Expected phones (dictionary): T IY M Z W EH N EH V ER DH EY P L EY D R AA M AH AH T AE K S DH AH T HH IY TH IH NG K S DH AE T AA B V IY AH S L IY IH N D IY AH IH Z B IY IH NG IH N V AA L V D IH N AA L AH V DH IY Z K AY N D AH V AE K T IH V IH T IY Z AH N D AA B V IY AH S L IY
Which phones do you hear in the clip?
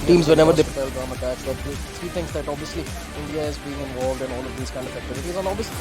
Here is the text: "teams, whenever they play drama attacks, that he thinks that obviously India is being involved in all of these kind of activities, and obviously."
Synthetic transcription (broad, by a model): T IY M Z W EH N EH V ER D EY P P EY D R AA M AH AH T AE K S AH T HH IY T IH NG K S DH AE T AA B V IY AH S L IY IH N D IY AH IH Z B IY IH NG IH N V AA L V D IH N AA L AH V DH IY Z K AY N D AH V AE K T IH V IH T IY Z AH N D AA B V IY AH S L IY